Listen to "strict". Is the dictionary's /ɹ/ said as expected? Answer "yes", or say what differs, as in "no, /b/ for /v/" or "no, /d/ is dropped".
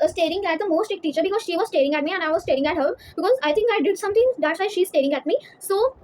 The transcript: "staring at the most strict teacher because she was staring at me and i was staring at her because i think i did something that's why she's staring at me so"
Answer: no, /ɹ/ is dropped